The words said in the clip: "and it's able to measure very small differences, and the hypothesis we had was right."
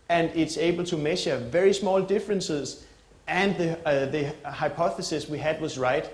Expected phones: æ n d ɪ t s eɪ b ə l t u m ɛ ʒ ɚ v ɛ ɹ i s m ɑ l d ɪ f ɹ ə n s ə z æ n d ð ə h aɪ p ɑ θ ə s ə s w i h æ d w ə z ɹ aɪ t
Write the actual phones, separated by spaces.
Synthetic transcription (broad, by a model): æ n d ɪ t s eɪ b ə l t u m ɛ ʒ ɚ v ɛ ɹ i s m ɑ l d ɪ f ɹ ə n s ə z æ n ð ð ə h aɪ p ɑ θ ə s ə s w i h æ d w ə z ɹ aɪ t